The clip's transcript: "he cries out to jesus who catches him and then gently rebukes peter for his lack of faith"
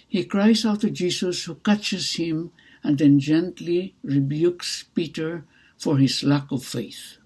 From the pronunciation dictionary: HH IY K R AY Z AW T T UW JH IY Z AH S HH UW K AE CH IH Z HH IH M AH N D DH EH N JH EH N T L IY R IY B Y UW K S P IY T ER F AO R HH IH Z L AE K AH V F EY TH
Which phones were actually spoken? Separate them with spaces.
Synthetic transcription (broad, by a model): HH IY K R AY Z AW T T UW JH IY S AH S HH UW K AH CH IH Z HH IH M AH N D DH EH N JH EH N T L IY R IY B Y UW K S P IY T ER F AO R HH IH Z L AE K AH V F EY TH